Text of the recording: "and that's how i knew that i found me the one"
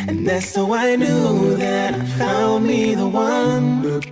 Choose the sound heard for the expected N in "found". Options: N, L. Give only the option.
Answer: L